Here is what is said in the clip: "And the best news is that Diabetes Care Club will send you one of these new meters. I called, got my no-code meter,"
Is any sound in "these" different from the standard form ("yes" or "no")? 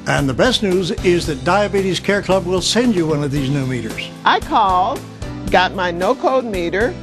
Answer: no